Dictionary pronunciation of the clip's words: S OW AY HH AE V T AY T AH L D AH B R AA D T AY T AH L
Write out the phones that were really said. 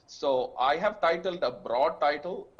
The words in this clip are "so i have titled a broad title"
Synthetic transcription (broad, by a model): S OW AY HH AE V T AY T AH L D AH B R AA D T AY T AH L